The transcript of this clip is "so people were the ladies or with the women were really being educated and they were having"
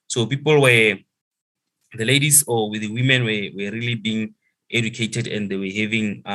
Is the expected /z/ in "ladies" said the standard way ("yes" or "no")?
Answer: no